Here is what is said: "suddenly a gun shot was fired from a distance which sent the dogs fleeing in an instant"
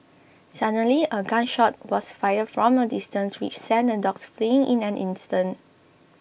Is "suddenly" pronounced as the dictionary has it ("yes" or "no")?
no